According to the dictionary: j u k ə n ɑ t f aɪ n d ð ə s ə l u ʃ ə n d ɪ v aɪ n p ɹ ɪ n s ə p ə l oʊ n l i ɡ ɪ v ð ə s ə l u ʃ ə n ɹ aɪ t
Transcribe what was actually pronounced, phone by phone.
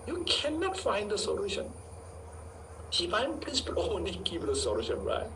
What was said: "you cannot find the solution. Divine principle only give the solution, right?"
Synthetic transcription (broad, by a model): j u k ə n ɑ t f aɪ n d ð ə s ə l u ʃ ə n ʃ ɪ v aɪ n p l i s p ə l oʊ n l i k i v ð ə s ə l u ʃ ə n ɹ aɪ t